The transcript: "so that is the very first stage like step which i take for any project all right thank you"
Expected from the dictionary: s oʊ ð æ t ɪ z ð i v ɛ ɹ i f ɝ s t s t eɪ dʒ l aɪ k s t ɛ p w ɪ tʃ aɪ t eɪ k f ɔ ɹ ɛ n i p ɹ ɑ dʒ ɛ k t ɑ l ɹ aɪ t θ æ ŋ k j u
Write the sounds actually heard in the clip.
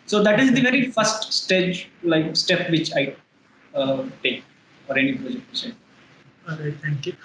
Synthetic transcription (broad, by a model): s oʊ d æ t ɪ z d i v ɛ ɹ i f ɝ s t s t eɪ dʒ l aɪ k s t ɛ p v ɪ tʃ aɪ t eɪ k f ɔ ɹ ɛ n i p ɹ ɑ dʒ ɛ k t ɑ n ɹ aɪ t t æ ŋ k j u